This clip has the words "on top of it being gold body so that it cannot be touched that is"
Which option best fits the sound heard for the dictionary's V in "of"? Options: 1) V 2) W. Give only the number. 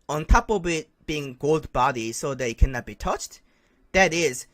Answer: 2